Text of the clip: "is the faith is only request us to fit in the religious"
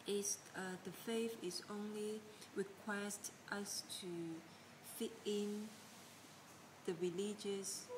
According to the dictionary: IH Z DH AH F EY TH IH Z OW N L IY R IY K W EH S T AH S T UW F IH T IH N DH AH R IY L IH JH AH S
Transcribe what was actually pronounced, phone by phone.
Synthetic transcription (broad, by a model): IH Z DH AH F EY F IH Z OW N L IY R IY K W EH S T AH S T UW F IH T IH N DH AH R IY L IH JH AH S